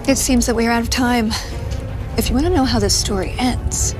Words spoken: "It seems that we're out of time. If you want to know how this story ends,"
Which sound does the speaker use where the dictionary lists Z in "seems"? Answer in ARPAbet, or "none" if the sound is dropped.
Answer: Z